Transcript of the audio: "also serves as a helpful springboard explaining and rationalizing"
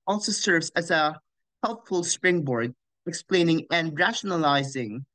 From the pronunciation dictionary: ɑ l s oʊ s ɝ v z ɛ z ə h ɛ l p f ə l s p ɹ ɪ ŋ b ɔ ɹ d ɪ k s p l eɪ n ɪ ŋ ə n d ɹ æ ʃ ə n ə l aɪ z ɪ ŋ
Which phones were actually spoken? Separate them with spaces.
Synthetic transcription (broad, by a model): ɑ l s oʊ s ɝ v z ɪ z ə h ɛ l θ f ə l s p ɹ ɪ ŋ b ɔ ɹ d ɪ k s p l eɪ n ɪ ŋ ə n ɹ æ ʃ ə n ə l aɪ z ɪ ŋ